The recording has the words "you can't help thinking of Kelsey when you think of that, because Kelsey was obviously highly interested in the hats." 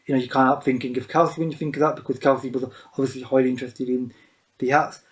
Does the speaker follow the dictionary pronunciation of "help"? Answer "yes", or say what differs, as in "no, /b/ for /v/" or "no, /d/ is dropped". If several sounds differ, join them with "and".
no, /l/ is dropped